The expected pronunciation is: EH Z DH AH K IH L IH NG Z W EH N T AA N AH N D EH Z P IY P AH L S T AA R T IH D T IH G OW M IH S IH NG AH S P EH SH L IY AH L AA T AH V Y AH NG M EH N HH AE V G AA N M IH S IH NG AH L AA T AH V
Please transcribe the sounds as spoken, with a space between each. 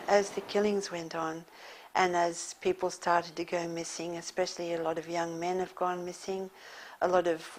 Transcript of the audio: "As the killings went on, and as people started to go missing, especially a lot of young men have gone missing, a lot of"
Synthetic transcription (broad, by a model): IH Z DH AH K IH L IH NG Z W EH N T N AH N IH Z P IY P L S T AA R T IH D T IH G OW M IH S IH NG AH S P EH SH L IY AH L AA T AH V Y AH NG M EH N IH V G AA N M IH S IH NG AH L AA T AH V